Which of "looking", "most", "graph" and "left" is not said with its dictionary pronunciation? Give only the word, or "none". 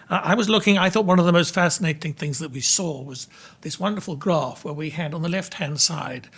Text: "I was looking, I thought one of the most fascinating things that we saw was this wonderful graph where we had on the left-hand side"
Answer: none